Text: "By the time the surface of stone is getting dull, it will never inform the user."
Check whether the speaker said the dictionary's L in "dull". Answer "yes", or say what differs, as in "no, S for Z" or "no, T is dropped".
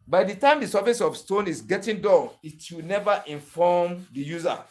no, N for L